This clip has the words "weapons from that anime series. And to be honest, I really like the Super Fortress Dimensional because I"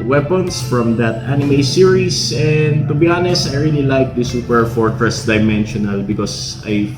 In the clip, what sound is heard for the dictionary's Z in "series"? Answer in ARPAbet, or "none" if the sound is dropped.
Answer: S